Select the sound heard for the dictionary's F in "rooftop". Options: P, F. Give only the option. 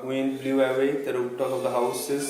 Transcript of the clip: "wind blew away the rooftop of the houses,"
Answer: P